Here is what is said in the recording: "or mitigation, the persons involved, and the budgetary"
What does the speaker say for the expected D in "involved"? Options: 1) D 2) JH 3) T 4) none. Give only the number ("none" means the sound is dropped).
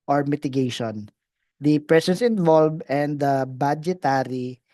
4